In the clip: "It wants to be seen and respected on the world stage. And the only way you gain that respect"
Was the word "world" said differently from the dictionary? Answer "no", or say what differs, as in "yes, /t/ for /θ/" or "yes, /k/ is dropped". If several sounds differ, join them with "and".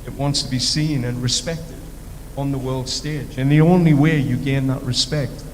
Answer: no